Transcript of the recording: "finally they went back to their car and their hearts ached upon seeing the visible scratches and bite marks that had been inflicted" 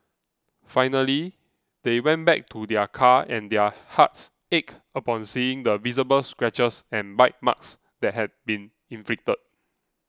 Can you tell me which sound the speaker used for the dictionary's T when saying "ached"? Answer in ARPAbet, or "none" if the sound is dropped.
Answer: none